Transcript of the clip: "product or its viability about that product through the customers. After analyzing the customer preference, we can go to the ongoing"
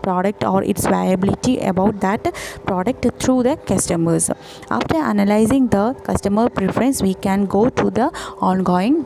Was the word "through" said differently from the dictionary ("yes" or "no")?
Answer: yes